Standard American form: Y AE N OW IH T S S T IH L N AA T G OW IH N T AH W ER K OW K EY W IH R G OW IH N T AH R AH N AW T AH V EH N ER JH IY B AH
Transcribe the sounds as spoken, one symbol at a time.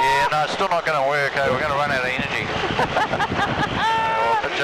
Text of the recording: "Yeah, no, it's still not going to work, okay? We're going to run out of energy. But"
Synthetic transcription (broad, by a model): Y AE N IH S S T IH L N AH T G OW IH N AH W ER OW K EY W IH R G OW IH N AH R AH N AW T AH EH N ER JH IY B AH